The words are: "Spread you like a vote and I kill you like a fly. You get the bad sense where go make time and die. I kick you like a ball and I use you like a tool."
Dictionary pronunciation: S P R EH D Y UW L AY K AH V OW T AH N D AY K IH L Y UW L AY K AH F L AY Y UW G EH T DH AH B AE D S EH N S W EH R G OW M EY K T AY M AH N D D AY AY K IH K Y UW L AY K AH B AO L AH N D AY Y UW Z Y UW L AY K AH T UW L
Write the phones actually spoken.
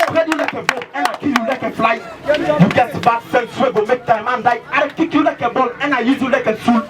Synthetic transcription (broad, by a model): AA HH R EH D Y UW L AY K AH B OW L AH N AY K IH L Y UW L AY K AH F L AY Y UW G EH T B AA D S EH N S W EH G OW M EY K T AY M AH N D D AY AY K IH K Y UW L AY K AH B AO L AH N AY Y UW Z Y UW L AY K AH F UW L